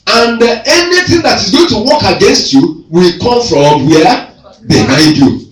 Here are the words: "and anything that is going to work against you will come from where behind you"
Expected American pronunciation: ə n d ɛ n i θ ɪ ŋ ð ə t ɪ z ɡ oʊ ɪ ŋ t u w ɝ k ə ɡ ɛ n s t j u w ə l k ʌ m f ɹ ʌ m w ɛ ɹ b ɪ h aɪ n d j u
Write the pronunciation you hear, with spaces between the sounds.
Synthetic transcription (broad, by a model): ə n d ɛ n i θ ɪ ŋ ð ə t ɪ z ɡ oʊ ɪ ŋ t u w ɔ k ə ɡ ɛ n s t j u w ə l k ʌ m f ɹ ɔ m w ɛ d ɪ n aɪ d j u